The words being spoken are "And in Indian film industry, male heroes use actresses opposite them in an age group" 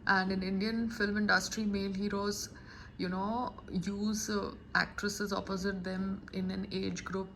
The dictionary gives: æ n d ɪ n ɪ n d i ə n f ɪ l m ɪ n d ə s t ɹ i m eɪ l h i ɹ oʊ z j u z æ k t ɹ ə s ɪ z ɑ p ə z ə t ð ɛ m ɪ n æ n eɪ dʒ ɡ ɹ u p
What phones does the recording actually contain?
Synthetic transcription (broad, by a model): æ n d ɪ n ɪ n d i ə n f ɪ l m ɪ n d ə s t ɹ i m eɪ l h i ɹ oʊ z j u z æ k t ɹ ə s ɪ z ɑ p ə z ə t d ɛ m ɪ n æ n eɪ dʒ ɡ ɹ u p